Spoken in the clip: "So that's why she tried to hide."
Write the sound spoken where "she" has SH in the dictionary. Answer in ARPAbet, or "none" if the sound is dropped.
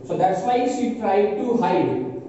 S